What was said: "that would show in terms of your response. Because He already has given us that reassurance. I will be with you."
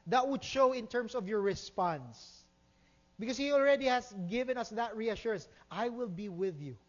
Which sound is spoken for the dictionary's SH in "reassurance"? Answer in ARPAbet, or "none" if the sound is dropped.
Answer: SH